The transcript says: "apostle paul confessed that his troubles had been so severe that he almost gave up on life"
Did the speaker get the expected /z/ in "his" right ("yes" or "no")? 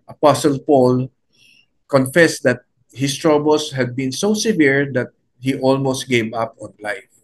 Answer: no